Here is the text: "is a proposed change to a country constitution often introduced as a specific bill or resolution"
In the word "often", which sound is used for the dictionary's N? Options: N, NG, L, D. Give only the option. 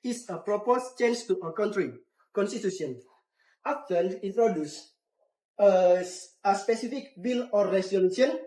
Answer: L